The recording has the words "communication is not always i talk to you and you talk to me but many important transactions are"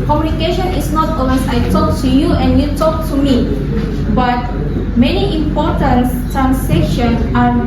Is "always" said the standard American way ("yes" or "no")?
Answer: no